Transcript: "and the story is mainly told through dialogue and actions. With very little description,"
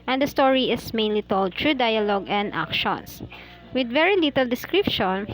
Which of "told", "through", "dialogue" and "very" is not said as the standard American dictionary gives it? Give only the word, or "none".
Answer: through